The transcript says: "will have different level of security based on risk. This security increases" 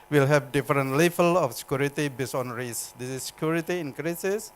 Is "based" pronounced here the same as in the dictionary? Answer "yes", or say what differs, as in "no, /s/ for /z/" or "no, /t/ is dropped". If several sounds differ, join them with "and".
no, /t/ is dropped